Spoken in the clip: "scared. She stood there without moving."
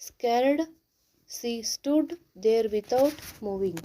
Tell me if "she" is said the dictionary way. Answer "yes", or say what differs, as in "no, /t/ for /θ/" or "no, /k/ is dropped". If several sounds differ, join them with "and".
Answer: no, /s/ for /ʃ/